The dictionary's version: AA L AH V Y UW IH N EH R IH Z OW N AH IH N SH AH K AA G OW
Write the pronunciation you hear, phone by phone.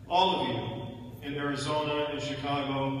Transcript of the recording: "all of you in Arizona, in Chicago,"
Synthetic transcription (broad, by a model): AA L AH V Y UW IH N EH R IH Z OW N AH IH N SH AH K AA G OW